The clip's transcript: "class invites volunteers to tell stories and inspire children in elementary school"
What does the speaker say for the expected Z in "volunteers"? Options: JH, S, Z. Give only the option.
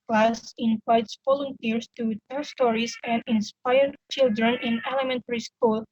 S